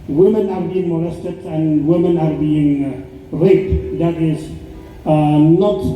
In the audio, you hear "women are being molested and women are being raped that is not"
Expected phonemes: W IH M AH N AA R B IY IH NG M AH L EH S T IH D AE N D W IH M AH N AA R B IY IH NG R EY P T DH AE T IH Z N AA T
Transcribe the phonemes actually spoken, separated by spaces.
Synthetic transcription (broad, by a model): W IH M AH N AA R B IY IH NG M AH L EH S T IH D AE N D W IH M AH N AA R B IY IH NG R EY T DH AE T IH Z N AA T